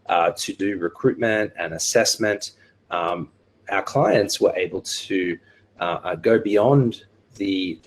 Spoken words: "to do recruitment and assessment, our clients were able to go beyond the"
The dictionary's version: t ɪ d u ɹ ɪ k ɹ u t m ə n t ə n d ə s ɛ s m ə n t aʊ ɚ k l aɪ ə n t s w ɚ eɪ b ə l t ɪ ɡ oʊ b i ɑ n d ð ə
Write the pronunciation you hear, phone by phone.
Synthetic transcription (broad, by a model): t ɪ d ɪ ɹ ɪ k ɹ u t m ə n t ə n ə s ɛ s m ə n t aʊ ɚ k l aɪ ə n t s w ɚ eɪ b ə l t ɪ ɡ oʊ b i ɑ n ð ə